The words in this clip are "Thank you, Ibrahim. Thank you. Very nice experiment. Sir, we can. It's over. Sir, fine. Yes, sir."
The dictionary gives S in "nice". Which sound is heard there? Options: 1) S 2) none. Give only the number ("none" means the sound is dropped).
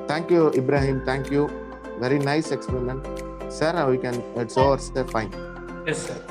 1